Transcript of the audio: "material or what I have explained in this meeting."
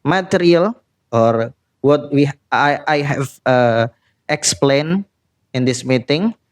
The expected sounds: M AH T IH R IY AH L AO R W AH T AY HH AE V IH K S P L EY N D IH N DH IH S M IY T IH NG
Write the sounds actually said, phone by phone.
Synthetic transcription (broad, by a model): M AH T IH R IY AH L AO R W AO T AY HH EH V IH K S P L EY N IH N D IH S M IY T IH NG